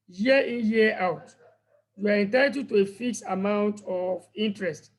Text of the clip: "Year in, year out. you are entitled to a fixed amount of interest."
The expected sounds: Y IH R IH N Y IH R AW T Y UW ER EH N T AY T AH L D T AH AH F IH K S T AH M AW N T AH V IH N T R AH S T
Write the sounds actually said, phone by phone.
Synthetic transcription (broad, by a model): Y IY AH IH N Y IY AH AW T Y UW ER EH N T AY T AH D T AH AH F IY K S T AH M AW N T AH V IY N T R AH S T